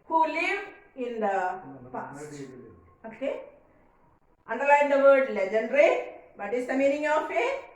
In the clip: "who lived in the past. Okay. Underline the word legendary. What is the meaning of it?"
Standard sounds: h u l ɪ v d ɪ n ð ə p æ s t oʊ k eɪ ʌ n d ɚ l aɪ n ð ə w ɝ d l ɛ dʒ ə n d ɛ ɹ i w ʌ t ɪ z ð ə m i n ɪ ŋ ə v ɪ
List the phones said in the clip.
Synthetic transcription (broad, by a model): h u l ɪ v ɪ n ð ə p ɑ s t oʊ k eɪ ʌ n d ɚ l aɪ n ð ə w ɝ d l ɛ dʒ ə n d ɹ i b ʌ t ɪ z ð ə m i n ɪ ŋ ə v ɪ